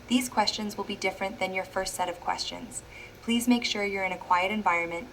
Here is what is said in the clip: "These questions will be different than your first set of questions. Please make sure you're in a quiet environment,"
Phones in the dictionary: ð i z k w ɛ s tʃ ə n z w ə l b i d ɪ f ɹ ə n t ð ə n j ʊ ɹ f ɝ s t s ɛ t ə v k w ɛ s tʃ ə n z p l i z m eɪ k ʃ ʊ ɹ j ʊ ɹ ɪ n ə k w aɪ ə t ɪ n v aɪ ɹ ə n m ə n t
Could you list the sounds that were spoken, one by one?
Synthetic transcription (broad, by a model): ð i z k w ɛ s tʃ ə n z w ə l b i d ɪ f ɹ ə n ð ə n j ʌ ɹ f ɝ s t s ɛ t ə v k w ɛ s tʃ ə n z p l i z m eɪ k ʃ ʊ ɹ j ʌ ɹ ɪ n ə k w aɪ ə t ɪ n v aɪ ɹ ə n m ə n t